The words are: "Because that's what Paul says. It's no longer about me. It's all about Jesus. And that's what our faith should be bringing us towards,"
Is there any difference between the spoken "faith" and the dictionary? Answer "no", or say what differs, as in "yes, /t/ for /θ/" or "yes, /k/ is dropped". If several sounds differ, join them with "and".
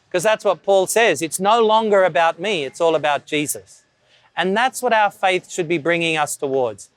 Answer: no